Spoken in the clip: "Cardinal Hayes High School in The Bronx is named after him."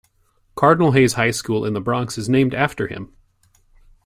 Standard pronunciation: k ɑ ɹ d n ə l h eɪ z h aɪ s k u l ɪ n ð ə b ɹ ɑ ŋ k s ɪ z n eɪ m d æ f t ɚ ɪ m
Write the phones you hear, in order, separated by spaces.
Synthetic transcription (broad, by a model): k ɑ ɹ d n l h eɪ z h aɪ s k u l ɪ n ð ə b ɹ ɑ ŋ k s ɪ z n eɪ m d æ f t ɚ ɪ m